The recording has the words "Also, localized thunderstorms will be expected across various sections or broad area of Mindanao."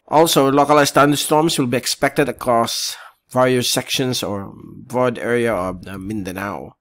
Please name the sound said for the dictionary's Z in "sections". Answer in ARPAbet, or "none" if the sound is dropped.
S